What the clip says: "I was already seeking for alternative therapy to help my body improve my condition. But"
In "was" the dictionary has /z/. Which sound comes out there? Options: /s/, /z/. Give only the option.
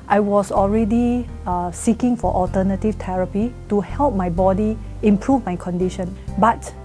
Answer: /s/